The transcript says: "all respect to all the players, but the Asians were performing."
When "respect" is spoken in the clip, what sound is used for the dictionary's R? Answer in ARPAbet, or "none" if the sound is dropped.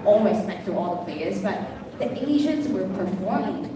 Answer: W